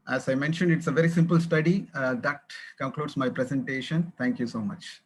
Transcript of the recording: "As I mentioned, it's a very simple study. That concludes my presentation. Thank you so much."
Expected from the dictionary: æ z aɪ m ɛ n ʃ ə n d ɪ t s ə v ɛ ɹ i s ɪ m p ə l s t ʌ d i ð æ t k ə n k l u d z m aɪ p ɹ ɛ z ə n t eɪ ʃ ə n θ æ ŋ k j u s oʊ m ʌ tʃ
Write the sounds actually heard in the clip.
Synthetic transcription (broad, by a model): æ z aɪ m ɛ n ʃ ə n d ɪ t s ə v ɛ ɹ i s ɪ m p ə l s t ʌ d i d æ t k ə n k l u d s m aɪ p ɹ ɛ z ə n t eɪ ʃ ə n t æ ŋ k j u s oʊ m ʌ tʃ